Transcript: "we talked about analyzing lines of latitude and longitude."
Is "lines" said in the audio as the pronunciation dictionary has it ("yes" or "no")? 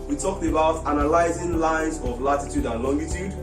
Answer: yes